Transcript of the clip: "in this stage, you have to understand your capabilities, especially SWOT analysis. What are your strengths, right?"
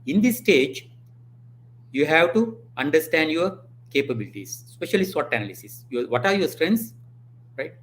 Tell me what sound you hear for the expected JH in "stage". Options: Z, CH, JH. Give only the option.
JH